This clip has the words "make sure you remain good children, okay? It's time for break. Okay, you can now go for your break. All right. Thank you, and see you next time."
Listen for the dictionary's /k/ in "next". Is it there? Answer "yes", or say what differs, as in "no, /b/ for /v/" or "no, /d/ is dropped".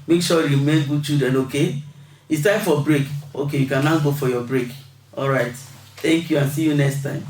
yes